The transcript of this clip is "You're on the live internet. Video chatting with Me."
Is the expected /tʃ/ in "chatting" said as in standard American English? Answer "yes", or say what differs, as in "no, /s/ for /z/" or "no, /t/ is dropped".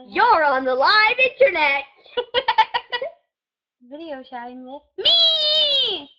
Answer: no, /ʃ/ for /tʃ/